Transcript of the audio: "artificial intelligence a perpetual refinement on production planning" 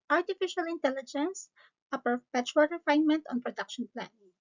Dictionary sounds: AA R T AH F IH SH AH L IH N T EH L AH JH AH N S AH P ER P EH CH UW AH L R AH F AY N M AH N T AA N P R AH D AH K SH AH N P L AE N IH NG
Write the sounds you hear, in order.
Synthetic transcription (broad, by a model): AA R T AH F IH SH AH L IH N T EH L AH JH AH N S AH P ER P EH CH UW AH L R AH F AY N M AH N T AA N P R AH D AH K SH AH N P L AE N